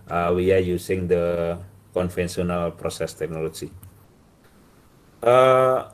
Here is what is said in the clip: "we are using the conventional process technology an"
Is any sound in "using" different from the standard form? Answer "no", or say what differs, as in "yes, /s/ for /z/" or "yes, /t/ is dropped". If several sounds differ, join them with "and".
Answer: yes, /s/ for /z/